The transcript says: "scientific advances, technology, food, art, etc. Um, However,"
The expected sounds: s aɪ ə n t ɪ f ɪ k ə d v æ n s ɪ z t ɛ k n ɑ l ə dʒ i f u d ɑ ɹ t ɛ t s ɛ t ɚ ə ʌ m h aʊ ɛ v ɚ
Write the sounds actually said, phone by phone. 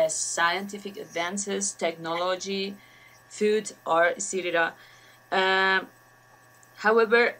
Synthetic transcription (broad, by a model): s aɪ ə n t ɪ f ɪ k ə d v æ n s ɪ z t ɛ k n ɑ l ə dʒ i f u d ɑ ɹ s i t i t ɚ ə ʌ h aʊ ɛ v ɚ